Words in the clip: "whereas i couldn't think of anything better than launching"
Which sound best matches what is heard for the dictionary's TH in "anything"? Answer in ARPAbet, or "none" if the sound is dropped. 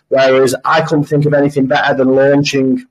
TH